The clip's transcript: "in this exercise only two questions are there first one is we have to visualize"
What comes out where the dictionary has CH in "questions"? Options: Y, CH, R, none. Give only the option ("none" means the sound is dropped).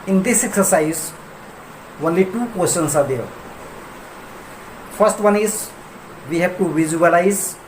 none